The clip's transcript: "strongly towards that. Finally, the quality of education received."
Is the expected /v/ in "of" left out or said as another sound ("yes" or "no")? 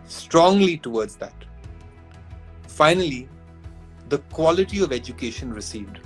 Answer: no